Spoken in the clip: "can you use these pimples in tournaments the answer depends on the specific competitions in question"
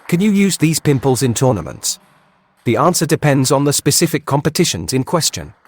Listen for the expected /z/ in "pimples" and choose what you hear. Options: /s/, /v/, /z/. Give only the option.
/z/